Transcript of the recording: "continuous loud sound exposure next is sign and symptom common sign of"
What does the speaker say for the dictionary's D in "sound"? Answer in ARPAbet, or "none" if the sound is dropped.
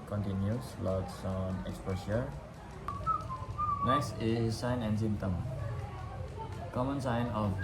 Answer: none